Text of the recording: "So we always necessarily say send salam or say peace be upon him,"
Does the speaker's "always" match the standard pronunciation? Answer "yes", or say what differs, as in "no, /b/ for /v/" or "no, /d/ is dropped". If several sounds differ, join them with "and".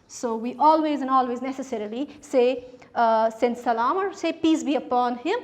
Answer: yes